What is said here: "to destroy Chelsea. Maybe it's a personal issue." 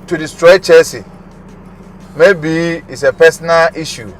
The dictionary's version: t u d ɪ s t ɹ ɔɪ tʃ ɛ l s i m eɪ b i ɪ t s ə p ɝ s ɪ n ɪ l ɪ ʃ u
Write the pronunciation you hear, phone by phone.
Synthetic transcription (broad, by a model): t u d ɪ s t ɹ ɔɪ tʃ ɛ s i m eɪ b i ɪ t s ə p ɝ s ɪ n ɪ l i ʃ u